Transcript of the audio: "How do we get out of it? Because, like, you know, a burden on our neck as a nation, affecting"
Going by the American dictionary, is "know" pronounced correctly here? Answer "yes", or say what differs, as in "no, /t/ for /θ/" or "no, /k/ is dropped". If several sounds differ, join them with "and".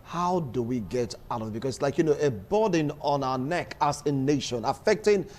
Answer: yes